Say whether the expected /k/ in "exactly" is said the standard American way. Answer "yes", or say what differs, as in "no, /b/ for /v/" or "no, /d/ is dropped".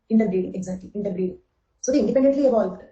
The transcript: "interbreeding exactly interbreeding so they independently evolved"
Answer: no, /k/ is dropped